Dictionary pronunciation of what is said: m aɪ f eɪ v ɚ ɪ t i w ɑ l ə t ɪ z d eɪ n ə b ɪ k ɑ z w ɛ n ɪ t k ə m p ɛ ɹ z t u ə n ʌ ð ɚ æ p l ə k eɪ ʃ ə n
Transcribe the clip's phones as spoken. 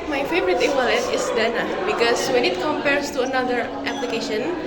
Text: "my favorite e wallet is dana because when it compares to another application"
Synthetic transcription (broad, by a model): m aɪ f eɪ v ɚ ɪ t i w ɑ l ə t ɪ s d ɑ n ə b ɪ k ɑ s w ɛ n ɪ t k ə m p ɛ ɹ s t u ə n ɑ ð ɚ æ p l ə k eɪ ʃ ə n